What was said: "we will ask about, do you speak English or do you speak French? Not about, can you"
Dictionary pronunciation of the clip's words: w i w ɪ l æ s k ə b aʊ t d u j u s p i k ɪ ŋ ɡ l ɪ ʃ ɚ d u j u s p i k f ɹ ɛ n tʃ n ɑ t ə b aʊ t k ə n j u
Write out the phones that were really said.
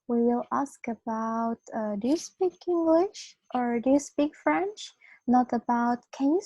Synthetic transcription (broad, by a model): w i w ɪ l æ s k ə b aʊ t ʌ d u s p i k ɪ ŋ ɡ l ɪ ʃ ɚ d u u s p i k f ɹ ɛ n tʃ n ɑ t ə b aʊ t k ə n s